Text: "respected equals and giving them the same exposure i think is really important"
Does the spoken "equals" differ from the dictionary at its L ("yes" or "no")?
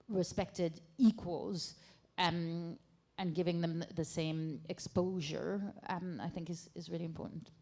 no